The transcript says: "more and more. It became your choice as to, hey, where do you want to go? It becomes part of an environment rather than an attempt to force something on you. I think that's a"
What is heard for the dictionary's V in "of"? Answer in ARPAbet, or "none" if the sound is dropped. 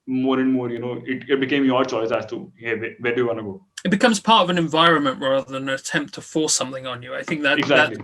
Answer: V